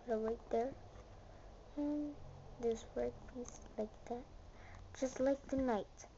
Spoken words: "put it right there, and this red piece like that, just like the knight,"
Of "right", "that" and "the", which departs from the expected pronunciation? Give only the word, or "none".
right